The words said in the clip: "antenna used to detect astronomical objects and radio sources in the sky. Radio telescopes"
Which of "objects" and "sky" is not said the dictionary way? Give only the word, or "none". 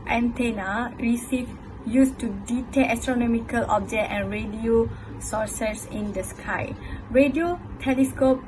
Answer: objects